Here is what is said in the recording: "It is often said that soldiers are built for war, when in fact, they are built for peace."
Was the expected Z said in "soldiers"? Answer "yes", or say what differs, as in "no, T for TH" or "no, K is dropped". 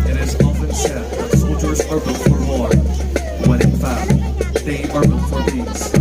yes